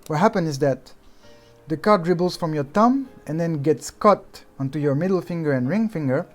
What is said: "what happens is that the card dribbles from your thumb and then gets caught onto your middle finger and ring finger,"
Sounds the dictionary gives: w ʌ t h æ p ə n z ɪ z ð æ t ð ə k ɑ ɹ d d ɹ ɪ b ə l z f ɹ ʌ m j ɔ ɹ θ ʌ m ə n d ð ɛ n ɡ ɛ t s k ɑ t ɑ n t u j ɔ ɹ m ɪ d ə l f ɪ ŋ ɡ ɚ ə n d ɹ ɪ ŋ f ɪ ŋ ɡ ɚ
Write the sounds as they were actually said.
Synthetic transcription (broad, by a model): w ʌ t h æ p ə n ɪ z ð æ t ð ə k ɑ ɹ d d ɹ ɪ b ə l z f ɹ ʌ m j ɔ ɹ t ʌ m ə n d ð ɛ n ɡ ɛ t s k ɑ t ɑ n t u j ɔ ɹ m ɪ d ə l f ɪ ŋ ɡ ɚ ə n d ɹ ɪ ŋ f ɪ ŋ ɡ ɚ